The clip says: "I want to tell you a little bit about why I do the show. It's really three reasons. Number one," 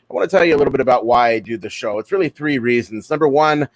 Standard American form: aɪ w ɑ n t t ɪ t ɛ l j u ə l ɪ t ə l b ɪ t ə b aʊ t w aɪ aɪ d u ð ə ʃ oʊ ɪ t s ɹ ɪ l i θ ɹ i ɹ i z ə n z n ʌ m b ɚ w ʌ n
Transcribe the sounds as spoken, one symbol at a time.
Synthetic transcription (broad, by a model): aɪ w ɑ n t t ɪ t ɛ l j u ə l ɪ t l b ɪ t ə b aʊ t w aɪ aɪ d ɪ ð ə ʃ oʊ ɪ t s ɹ ɪ l i θ ɹ i ɹ i z ə n z n ʌ m b ɚ w ʌ n